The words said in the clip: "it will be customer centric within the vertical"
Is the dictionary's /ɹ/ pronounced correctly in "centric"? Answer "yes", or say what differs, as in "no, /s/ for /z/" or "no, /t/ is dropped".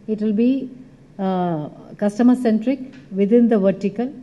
yes